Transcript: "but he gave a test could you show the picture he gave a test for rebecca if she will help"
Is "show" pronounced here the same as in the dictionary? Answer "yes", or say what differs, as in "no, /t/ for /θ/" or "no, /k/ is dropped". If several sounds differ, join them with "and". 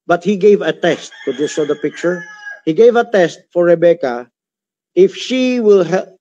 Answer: no, /s/ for /ʃ/